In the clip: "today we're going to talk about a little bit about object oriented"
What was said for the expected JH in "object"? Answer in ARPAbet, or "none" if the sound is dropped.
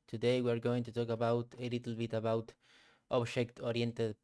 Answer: SH